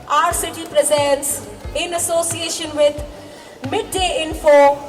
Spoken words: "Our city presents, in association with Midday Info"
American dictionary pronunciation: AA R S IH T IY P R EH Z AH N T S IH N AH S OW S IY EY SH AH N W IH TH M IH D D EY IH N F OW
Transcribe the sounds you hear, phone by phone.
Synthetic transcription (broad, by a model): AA R S IH T IY P R EH Z AH N T S IH N AH S OW S IY EY SH AH N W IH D M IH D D EY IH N F OW